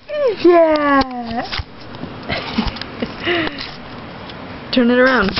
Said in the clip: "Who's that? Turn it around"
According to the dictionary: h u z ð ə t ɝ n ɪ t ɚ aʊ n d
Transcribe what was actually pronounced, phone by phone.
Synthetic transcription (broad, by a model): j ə t ɝ n ɪ t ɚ aʊ n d